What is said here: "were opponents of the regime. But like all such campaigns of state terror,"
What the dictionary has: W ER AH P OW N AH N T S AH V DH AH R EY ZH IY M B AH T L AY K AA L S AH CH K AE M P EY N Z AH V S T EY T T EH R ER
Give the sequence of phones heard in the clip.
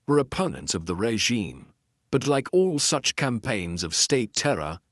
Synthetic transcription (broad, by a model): W ER AH P OW N AH N T S AH V DH AH R EY ZH IY M B AH T L AY K AA L S AH CH K AE M P EY N Z AH V S T EY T T EH R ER